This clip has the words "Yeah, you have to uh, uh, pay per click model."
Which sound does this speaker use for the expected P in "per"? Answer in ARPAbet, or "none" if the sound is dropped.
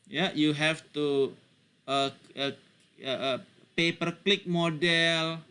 P